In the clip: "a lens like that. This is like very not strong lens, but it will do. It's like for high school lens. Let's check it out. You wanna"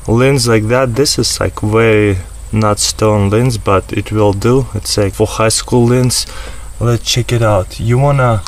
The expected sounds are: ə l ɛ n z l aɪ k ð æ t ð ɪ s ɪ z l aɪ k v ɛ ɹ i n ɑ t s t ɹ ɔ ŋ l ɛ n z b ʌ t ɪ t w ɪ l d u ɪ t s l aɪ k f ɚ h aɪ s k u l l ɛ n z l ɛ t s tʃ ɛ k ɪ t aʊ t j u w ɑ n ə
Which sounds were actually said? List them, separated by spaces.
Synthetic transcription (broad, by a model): l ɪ n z l aɪ k ð æ t ð ɪ s ɪ z l aɪ k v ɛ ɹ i n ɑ t s t ɔ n l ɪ n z b ʌ t ɪ t w ɪ l d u ɪ t s l aɪ k f ɚ h aɪ s k u l l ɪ n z l ɛ t s tʃ ɛ k ɪ t aʊ t j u w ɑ n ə